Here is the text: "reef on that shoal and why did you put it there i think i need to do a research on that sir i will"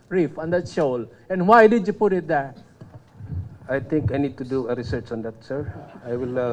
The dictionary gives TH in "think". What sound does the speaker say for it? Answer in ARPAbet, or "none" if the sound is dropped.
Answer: T